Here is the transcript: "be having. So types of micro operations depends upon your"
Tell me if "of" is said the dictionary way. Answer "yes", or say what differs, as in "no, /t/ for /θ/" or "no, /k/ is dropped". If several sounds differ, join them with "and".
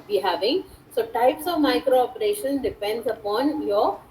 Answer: yes